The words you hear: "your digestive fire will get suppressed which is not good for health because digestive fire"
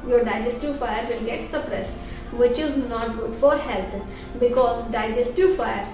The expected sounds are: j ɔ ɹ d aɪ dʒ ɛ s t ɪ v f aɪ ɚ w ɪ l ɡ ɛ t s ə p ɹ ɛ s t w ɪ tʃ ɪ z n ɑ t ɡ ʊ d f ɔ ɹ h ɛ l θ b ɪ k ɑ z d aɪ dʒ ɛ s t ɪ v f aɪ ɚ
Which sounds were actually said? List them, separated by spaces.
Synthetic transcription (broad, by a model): j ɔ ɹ d aɪ dʒ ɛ s t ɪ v f aɪ ɚ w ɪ l ɡ ɛ t s ə p ɹ ɛ s t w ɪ tʃ ɪ z n ɑ t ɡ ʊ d f ɔ ɹ h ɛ l t b ɪ k ɑ z d aɪ dʒ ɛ s t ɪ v f aɪ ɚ